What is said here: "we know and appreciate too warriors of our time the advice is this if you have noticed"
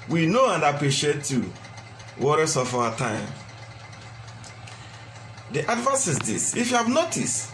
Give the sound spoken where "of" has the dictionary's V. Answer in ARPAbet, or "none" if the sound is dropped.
F